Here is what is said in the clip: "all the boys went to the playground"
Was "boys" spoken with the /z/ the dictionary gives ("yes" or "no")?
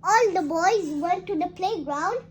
yes